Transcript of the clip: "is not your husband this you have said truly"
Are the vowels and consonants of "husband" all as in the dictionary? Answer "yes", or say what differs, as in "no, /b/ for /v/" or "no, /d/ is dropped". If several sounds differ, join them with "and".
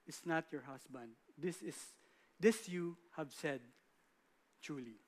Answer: no, /s/ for /z/